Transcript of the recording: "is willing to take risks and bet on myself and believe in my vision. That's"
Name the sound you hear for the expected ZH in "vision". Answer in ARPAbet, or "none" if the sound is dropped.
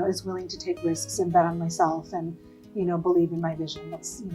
ZH